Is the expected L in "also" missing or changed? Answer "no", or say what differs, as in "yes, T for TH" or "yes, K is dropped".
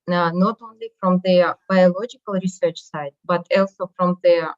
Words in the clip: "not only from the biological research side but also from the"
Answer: no